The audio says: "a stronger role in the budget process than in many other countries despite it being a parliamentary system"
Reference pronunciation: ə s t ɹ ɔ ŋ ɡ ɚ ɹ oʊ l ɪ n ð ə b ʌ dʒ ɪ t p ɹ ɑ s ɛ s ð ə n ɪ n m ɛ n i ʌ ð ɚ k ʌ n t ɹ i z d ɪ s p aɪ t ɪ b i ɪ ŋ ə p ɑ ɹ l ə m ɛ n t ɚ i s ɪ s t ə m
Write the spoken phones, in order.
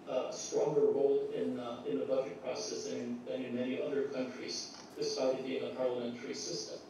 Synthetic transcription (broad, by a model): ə s t ɹ ɔ ŋ ɡ ɚ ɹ oʊ l ɪ n ð ə b ʌ dʒ ɪ t p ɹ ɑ s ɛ s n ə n ɪ n m ɛ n i ʌ ð ɚ k ʌ n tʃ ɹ i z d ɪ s aɪ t ɪ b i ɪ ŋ ə p ɑ ɹ l ə m ɛ n t ɚ i s ɪ s t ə m